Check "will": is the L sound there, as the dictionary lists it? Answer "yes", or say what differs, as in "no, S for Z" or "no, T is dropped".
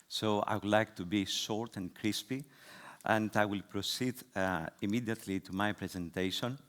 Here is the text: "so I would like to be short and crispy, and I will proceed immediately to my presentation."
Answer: yes